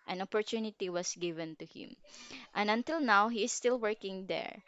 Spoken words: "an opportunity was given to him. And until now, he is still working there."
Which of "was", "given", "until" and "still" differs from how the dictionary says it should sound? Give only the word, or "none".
was